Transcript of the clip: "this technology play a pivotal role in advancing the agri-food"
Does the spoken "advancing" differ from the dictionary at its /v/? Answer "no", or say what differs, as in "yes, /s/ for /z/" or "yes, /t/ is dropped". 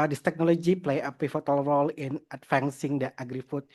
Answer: yes, /f/ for /v/